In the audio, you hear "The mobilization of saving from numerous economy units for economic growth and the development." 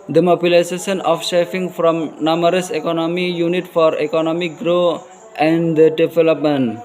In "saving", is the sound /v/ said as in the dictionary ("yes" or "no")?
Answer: no